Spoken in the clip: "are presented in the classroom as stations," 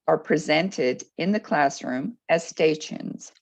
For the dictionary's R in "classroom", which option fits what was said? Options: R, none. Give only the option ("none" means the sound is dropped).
R